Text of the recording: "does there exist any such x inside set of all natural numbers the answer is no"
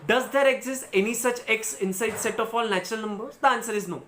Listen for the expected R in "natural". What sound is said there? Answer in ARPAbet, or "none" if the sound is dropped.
R